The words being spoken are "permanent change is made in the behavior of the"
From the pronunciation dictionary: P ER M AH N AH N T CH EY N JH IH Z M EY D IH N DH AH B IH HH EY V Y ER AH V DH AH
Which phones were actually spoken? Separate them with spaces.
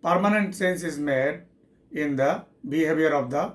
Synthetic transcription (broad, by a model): P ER M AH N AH N T S EY N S IH Z M EY D IH N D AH B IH HH EY V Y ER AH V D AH